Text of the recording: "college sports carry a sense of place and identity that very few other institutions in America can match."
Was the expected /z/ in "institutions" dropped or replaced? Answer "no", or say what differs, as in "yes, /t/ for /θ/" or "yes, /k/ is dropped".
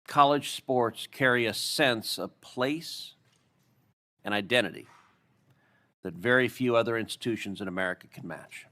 no